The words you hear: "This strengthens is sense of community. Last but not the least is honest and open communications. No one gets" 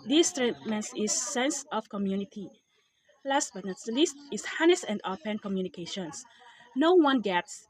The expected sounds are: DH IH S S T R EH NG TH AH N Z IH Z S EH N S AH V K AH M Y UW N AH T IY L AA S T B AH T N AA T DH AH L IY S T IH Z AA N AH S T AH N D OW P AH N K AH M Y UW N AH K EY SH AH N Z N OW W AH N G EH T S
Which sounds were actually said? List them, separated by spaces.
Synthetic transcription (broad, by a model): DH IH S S T R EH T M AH N S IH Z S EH N S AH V K AH M Y UW N AH T IY L AA S T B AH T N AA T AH L IY S T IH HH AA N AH S AH N D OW P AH N K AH M Y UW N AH K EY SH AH N S N OW W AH N G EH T S